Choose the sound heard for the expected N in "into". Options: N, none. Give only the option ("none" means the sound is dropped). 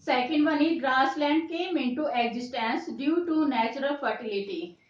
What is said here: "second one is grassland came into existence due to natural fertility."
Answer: N